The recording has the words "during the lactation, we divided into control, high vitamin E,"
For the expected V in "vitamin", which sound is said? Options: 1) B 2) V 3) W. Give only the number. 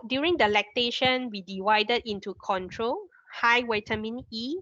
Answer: 3